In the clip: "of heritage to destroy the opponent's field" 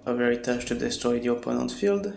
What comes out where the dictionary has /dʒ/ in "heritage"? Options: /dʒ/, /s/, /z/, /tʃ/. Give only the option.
/tʃ/